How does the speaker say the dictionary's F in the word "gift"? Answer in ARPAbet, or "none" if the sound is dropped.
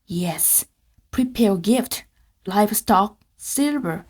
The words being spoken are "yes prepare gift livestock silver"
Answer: F